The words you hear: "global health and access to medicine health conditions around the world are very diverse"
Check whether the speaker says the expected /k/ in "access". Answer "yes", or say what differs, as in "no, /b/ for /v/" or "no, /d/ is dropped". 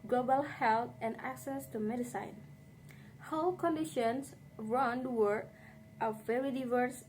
yes